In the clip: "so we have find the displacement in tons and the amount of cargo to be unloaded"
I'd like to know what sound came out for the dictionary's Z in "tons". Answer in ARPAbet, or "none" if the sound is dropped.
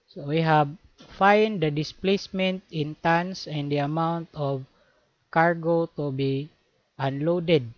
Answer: S